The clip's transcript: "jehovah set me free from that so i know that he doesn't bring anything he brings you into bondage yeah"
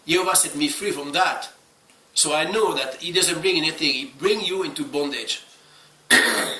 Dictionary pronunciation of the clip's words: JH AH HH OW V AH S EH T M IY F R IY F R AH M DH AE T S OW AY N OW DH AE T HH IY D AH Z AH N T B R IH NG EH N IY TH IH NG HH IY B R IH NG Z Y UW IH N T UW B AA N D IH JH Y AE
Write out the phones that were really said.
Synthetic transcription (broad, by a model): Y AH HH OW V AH S EH T M IY F R IY F R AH M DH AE T S OW AY N OW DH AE T HH IY D AH Z AH N T B R IH NG EH N IY TH IH NG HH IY B R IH NG Y UW IH N T UW B AA N D IH JH